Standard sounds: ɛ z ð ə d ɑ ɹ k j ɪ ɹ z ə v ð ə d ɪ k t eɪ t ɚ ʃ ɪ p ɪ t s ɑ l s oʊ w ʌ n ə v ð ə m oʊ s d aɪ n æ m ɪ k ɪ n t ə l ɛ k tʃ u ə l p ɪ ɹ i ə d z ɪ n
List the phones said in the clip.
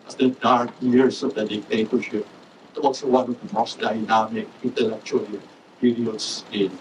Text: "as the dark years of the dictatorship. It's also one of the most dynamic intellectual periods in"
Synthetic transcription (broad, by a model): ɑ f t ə d ɑ ɹ k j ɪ ɹ s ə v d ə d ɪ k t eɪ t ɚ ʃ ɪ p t ɑ l s oʊ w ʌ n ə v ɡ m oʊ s d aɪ n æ m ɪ k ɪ n t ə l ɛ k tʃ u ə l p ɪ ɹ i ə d s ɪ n